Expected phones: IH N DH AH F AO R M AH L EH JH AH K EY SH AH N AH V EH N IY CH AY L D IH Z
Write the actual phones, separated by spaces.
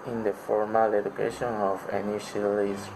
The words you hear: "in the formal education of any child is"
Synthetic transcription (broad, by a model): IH N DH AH F AO R M AH L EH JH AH K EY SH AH N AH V EH N IY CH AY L IH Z